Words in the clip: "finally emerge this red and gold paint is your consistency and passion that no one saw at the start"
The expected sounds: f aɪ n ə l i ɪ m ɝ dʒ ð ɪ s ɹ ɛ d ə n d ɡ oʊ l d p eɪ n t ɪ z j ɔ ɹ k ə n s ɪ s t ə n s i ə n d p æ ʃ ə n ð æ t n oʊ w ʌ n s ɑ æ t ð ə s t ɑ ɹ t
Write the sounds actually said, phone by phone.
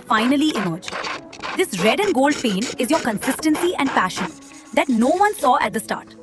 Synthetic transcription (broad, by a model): f aɪ n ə l i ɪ m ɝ dʒ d ɪ s ɹ ɛ d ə n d ɡ oʊ l d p eɪ n ɪ z j ɔ ɹ k ə n s ɪ s t ə n s i ə n d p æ ʃ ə n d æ t n oʊ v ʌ n s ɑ æ t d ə s t ɑ ɹ t